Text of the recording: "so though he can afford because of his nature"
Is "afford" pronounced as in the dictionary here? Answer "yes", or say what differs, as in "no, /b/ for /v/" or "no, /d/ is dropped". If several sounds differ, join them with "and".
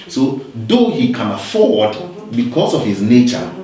yes